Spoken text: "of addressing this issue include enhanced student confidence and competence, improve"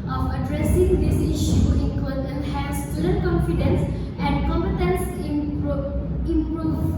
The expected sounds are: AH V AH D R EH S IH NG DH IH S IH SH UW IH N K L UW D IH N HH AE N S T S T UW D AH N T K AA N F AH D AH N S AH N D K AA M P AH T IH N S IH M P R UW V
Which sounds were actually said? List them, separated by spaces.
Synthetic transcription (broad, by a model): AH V AH D R EH S IH NG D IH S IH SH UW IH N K AH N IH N HH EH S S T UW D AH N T K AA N F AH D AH N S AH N K AA M P AH T IH N S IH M P R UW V